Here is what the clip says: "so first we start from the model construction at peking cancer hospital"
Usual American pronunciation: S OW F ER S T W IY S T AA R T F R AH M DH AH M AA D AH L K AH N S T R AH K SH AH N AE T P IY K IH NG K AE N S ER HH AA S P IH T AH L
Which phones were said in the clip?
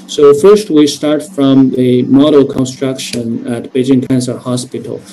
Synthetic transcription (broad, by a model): S OW F ER S T W IY S T AA R T F R AH M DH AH M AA D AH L K AH N S T R AH K SH AH N AE T B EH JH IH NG K AE N S ER HH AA S P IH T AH L